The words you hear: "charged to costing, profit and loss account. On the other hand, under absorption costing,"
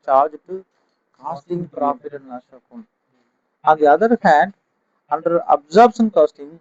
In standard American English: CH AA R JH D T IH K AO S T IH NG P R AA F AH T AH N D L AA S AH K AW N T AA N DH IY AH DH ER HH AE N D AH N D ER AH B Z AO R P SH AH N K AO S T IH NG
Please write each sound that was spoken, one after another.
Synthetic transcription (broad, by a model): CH AA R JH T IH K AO S T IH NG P R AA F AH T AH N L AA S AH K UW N AA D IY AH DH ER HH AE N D AH N D ER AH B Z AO R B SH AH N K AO S T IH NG